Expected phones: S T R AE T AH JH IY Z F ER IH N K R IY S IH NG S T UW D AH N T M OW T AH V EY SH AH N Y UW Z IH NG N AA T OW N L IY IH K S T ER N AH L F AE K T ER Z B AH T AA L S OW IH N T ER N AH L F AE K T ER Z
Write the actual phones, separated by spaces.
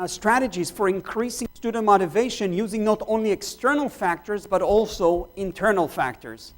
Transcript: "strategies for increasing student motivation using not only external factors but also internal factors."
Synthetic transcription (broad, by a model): S T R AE T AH JH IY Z F ER IH N K R IY S IH NG S T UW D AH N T M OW T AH V EY SH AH N Y UW Z IH NG N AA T OW N L IY IH K S T ER N AH L F AE K T ER Z B AH T AA L S OW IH N T ER N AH L F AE K T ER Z